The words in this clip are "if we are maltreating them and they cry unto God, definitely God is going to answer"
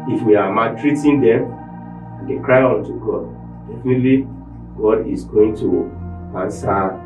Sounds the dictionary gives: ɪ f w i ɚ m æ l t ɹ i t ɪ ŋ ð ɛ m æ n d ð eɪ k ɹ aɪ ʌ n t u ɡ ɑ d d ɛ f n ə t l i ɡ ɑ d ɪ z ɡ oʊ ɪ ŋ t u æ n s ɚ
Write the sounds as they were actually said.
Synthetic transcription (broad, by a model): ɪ f w i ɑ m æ t ɹ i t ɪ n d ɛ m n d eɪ k ɹ aɪ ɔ n t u ɡ ɑ d d ɛ f n ə t l i ɡ ɑ d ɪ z ɡ oʊ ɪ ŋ t u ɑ n s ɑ